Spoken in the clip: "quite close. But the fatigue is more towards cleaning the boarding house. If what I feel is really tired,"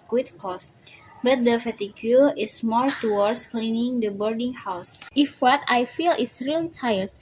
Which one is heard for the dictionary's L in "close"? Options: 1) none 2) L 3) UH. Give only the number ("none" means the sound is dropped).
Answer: 1